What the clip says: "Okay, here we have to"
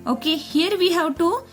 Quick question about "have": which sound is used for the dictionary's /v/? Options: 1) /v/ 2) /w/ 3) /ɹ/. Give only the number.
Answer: 2